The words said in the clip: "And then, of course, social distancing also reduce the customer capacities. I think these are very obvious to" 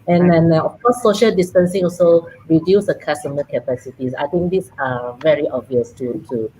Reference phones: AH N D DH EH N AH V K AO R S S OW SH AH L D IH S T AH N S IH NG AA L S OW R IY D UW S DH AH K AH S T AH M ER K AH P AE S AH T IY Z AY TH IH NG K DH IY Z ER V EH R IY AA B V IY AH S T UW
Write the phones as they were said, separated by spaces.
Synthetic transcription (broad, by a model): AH N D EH N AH F K AO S S OW SH AH L D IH S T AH N S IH NG AA L S OW R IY D UW S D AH K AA S T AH M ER K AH P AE S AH T IY S AY T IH NG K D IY S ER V EH R IY AA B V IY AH S T UW